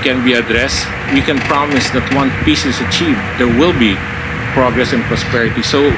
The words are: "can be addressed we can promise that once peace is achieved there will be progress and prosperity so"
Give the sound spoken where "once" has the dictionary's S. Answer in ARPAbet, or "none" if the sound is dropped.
none